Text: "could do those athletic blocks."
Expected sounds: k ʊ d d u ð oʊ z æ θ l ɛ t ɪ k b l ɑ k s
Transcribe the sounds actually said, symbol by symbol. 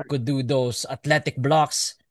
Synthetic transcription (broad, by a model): k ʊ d d u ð oʊ s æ t l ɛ t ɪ k b l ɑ k s